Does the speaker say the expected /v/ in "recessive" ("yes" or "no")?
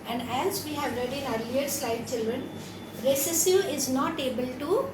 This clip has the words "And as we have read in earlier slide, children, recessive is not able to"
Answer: no